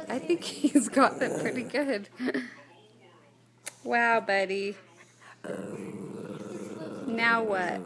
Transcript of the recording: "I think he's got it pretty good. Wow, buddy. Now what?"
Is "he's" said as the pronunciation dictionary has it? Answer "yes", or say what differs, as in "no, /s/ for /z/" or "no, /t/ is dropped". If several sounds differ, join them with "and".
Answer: yes